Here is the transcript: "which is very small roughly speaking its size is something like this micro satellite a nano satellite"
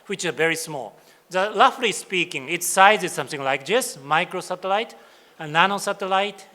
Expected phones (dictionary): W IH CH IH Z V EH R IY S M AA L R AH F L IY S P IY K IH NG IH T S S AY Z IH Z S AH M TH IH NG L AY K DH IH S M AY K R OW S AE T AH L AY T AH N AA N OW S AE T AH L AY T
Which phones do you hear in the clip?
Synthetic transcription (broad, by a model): W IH CH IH V EH R IY S M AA L L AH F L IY S P IY K IH NG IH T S S AY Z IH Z S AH M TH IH NG L AY K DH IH S M AY K R OW S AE T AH L AY T AH N AA N OW S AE T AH L AY T